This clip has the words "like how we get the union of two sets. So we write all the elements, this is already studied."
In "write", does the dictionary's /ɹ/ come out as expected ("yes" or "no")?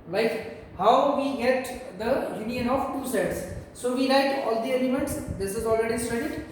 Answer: no